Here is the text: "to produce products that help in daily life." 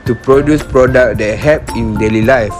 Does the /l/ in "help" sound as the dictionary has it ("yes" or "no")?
no